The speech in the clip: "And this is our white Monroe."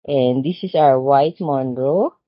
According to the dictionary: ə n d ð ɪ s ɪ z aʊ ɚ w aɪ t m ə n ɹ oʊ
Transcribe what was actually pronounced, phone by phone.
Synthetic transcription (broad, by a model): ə n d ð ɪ s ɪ s aʊ ɚ w aɪ t m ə n ɹ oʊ